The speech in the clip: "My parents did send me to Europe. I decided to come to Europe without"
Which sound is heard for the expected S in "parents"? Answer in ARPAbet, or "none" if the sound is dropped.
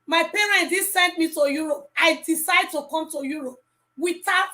none